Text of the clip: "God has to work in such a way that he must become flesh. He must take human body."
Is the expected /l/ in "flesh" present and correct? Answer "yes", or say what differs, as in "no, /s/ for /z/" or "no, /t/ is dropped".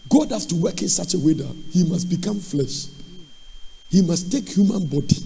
yes